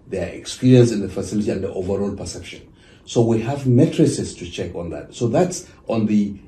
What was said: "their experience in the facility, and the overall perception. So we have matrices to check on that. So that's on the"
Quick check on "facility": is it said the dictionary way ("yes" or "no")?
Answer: yes